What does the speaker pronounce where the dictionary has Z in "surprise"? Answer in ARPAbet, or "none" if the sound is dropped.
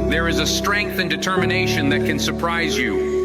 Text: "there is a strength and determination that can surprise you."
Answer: Z